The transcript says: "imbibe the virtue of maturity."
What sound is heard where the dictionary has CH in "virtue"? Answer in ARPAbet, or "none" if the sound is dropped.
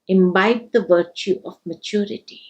CH